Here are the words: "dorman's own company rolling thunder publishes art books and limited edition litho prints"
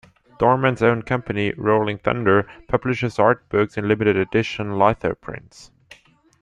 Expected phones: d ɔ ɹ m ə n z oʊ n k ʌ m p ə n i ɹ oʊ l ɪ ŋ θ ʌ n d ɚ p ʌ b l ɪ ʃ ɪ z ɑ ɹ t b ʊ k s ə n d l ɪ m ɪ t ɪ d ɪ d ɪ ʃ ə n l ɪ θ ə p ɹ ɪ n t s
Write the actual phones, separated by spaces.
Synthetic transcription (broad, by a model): d ɔ ɹ m ə n z oʊ n k ʌ m p ə n i ɹ oʊ l ɪ ŋ θ ʌ n d ɚ p ʌ b l ɪ ʃ ɪ z ɑ ɹ t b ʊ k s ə n l ɪ m ɪ t ɪ d ɪ d ɪ ʃ ə n l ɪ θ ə p ɹ ɪ n t s